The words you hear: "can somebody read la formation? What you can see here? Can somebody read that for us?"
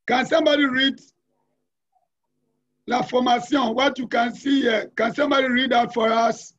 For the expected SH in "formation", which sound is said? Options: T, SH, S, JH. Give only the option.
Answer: S